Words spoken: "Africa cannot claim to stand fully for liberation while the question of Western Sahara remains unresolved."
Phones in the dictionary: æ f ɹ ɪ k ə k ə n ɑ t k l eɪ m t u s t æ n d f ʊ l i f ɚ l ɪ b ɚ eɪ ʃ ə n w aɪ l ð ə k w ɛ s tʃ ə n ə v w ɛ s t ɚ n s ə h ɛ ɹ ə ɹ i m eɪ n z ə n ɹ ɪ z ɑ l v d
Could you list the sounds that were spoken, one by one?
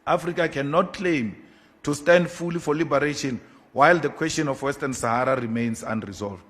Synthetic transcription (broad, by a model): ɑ f ɹ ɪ k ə k ə n ɑ t k l eɪ m t u s t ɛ n d f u l i f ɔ l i b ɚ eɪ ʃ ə n w aɪ l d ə k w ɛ s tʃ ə n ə f w ɛ s t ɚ n s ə h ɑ ɹ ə ɹ i m eɪ n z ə n ɹ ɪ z ɑ l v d